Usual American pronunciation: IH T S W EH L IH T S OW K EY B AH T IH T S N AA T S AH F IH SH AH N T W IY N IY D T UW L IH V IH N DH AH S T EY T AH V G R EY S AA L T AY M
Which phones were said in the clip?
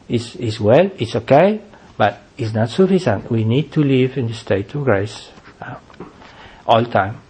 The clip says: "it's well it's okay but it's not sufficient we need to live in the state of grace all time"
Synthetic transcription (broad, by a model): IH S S W EH L IH T S OW K EY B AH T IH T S N AA T S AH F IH S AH N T W IY N IY D T UW L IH V IH N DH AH S T EY T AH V G R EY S AA L T AY M